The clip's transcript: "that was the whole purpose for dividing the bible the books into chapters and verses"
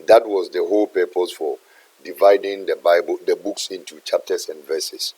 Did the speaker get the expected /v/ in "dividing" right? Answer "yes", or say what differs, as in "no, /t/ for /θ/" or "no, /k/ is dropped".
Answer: yes